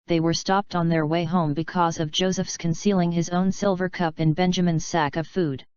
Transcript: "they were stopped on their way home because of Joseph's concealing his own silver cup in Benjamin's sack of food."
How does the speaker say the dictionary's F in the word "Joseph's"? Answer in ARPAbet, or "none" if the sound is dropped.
F